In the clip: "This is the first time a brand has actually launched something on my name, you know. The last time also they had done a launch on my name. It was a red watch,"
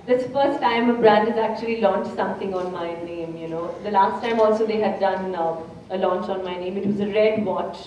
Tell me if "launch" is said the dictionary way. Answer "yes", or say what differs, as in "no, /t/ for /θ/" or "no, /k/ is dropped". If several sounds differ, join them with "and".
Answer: yes